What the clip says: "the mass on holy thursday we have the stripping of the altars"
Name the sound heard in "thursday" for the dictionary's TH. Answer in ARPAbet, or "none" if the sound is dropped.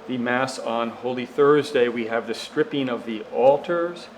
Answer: TH